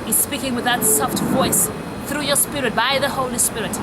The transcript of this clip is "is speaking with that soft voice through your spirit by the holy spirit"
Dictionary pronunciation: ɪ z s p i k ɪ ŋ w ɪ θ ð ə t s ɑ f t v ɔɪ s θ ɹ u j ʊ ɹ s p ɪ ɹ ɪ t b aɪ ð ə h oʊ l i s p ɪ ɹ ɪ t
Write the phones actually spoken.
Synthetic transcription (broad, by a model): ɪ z s p i k ɪ ŋ w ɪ ð ə t s ɑ f t v ɔɪ s θ ɹ u j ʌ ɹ s p ɪ ɹ ɪ t b aɪ ð ə h oʊ l i s p ɪ ɹ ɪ t